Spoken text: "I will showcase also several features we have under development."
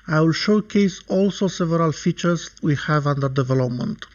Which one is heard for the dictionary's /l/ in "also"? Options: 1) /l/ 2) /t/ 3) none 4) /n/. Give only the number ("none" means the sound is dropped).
1